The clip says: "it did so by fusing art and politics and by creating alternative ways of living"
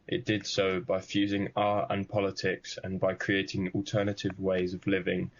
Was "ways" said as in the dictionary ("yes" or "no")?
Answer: yes